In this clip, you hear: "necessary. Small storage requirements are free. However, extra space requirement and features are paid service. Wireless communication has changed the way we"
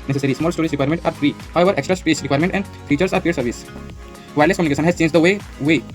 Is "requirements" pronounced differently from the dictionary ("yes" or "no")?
yes